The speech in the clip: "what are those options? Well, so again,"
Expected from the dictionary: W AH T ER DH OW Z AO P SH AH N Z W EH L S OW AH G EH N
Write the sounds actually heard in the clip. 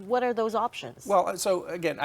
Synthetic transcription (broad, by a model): W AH T ER DH OW Z AO P SH AH N Z W EH L S OW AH G EH N